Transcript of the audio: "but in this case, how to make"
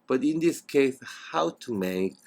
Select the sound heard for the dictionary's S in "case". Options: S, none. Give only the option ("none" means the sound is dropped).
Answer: S